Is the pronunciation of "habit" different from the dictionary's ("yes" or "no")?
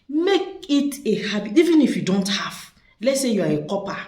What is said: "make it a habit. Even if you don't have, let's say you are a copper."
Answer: yes